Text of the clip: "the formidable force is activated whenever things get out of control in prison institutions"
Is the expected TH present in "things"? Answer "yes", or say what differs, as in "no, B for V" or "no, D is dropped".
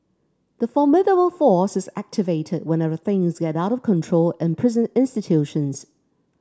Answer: yes